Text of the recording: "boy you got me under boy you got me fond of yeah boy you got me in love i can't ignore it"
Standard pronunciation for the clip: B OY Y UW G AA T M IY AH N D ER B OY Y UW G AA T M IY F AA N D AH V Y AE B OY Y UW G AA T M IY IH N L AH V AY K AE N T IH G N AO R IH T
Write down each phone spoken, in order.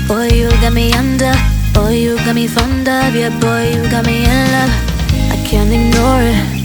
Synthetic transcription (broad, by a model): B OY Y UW G AA T M IY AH N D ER B OY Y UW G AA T M IY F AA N D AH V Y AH B OY Y UW G AA T M IY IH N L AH AY K AE N T IH G N AO R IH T